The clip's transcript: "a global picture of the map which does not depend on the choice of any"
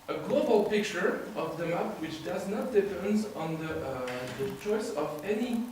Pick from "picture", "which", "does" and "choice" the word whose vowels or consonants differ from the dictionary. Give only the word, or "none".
none